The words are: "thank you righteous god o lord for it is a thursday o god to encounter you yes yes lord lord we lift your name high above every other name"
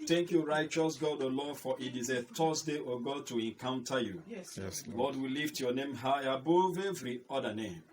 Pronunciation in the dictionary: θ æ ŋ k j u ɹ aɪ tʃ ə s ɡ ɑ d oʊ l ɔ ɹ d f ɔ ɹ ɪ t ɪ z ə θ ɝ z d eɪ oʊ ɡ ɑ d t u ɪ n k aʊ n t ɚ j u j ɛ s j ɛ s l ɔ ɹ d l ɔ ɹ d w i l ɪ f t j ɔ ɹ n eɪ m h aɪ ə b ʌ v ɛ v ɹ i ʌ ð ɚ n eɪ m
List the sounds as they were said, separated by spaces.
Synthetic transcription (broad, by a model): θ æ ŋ k j u ɹ aɪ tʃ ə s ɡ ɑ d oʊ l ɔ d f ɔ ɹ ɪ t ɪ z ə t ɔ s d eɪ oʊ ɡ ɑ d t u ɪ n k aʊ n t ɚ j u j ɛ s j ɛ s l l ɔ d w i l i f t j ɔ n eɪ m h aɪ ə b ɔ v ɛ v ɹ i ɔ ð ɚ n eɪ m